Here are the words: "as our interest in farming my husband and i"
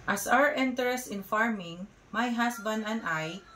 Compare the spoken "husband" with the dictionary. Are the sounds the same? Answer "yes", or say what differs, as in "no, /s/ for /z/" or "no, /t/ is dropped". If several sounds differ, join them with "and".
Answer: no, /s/ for /z/